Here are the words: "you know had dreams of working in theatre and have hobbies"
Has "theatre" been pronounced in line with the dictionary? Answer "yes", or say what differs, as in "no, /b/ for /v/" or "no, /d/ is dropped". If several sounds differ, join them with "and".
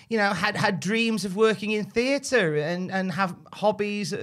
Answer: yes